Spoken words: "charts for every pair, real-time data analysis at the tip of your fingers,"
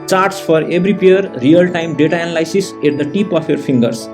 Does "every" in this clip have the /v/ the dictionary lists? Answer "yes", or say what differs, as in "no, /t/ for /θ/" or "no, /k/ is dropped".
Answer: no, /b/ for /v/